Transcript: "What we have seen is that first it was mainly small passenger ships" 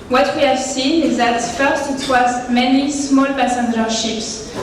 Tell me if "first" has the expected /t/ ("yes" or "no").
yes